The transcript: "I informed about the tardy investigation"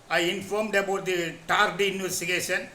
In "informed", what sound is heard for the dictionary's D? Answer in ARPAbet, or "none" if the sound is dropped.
D